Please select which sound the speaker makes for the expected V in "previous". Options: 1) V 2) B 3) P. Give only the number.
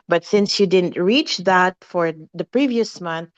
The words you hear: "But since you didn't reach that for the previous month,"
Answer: 1